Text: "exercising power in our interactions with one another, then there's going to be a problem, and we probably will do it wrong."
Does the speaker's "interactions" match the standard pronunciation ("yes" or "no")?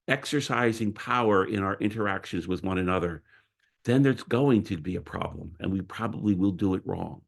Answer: yes